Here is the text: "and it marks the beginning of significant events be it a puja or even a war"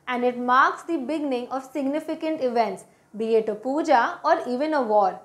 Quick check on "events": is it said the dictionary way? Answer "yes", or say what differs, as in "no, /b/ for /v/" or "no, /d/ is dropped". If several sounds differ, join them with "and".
yes